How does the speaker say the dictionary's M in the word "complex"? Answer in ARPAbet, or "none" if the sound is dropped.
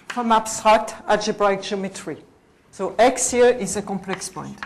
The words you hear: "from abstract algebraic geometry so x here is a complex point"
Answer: M